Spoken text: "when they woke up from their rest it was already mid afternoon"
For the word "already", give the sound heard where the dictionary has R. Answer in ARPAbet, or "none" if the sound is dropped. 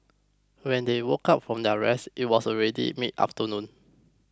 R